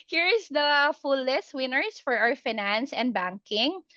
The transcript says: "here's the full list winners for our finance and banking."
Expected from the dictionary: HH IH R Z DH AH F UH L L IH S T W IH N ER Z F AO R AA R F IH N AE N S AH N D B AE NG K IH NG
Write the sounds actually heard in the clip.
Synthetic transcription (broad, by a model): HH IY R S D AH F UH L L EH S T W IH N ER S F AO R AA W F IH N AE N S AH N D B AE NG K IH NG